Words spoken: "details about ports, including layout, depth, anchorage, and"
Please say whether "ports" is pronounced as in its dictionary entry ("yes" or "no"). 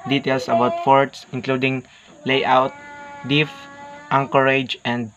no